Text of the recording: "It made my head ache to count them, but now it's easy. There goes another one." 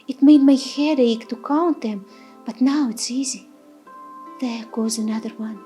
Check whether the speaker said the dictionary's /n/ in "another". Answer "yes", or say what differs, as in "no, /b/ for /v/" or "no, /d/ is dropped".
yes